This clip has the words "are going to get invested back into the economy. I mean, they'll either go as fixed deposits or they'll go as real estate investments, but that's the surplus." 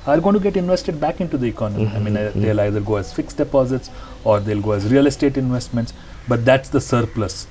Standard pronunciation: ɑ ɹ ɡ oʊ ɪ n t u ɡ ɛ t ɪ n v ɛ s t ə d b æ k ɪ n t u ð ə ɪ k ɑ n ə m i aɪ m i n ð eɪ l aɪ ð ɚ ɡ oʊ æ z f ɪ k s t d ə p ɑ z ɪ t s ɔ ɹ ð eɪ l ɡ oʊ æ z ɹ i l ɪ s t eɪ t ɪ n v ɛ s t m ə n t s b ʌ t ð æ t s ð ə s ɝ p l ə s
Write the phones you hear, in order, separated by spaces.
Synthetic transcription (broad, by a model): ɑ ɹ ɡ oʊ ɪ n t u ɡ ɛ t ɪ n v ɛ s t ə d b æ k ɪ n t u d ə ɪ k ɑ n ə m i aɪ m i n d eɪ l aɪ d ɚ ɡ oʊ æ z f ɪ k s d ə p ɑ z ɪ t s ɔ ɹ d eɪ l ɡ oʊ æ z ɹ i l ɪ s t eɪ t ɪ n v ɛ s t m ə n t s b ʌ t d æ t s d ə s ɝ p l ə s